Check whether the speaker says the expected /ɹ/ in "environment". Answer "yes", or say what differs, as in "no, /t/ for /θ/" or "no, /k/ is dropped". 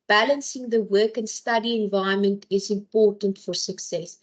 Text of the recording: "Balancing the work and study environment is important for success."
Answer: no, /ɹ/ is dropped